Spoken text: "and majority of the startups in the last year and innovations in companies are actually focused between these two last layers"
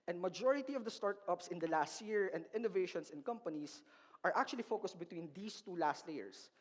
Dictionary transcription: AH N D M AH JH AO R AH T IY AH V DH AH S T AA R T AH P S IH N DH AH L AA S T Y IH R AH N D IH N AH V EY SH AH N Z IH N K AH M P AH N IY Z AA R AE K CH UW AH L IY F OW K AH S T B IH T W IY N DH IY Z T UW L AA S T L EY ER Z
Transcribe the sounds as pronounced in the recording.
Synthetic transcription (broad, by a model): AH N D M AH JH AO R AH T IY AH V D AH S T AA R T AH P S IH N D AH L AA S T Y IH R AH N D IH N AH V EY SH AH N S IH N K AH M P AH N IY S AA R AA K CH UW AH L IY F OW K AH S T B IH T W IY N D IY S T UW L AA S T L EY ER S